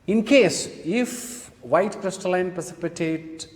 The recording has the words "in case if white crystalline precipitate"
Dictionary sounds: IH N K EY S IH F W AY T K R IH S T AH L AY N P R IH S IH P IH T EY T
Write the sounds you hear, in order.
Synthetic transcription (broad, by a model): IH N K EY S IH F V AY T K R IH S T AH L AY N P R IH S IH P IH T EY T